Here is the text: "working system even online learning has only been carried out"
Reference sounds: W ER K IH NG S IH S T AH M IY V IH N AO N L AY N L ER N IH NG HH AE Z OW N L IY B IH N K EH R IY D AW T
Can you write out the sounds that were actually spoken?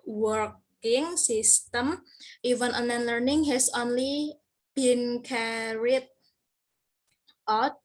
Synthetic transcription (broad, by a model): W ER K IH NG S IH S T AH M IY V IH N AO N AY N L ER N IH NG HH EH S OW N L IY B IH N K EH R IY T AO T